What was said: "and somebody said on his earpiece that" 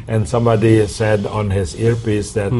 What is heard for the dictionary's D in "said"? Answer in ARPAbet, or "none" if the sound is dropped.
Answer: D